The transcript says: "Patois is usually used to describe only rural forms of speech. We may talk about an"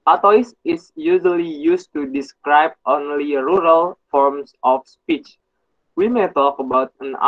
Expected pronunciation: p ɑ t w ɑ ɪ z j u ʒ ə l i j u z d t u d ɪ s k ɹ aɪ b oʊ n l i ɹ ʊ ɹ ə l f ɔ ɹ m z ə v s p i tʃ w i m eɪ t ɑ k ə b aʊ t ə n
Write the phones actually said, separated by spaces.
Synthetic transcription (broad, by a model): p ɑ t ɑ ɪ s j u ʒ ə l i j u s t u d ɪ s k ɹ aɪ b oʊ n l i ɹ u ɹ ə l f ɔ ɹ m s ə f s p i tʃ w i m eɪ t ɑ k ə b aʊ t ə n